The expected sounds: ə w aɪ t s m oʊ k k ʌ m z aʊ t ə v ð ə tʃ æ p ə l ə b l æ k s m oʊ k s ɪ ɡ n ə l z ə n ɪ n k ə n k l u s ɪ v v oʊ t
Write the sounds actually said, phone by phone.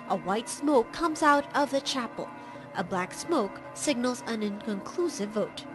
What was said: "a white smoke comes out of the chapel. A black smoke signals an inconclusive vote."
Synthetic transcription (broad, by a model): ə w aɪ t s m oʊ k k ʌ m z aʊ t ə v ð ə tʃ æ p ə l ə b l æ k s m oʊ k s ɪ ɡ n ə l z ə n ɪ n k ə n k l u s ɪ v v oʊ t